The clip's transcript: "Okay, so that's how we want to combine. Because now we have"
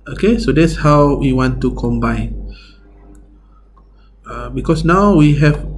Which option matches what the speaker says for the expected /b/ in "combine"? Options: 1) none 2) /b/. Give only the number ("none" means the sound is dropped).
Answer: 2